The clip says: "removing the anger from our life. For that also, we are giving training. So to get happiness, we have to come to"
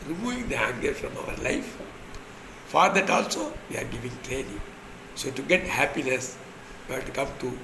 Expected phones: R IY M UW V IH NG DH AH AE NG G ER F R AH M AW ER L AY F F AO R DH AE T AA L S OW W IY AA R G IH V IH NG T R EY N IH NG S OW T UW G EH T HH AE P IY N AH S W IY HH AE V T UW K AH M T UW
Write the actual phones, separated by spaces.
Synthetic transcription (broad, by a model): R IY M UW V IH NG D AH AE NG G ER F R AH M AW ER L AY F F AO R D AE T AA L S OW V IY AA R G IH V IH NG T L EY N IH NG S OW T UW G EH T HH AE P IY N AH S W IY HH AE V T UW K AH M T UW